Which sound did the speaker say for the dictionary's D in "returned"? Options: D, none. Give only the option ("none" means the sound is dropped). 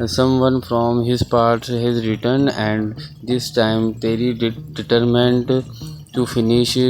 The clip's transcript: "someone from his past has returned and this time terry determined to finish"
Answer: none